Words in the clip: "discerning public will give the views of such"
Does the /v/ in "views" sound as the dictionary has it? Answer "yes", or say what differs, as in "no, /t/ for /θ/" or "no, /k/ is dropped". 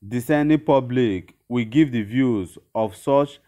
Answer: yes